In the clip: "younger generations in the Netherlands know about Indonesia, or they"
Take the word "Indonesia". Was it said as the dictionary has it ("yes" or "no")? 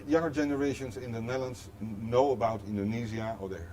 no